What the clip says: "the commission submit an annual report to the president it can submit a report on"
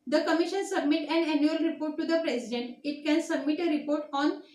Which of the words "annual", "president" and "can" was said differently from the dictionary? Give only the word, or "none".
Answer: president